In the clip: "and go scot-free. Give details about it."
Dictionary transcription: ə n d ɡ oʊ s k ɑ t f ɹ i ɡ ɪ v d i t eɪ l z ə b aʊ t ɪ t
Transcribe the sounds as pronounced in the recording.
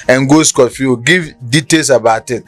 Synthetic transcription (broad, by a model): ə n ɡ oʊ s k ɑ t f i ɡ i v d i t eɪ l s ə b aʊ t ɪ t